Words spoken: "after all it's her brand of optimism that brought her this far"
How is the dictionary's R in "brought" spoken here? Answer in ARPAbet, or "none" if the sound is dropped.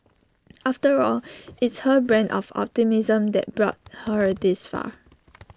R